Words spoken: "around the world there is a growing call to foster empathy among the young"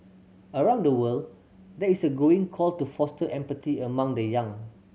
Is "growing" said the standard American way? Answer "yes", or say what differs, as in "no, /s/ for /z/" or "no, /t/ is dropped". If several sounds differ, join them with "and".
no, /ɹ/ is dropped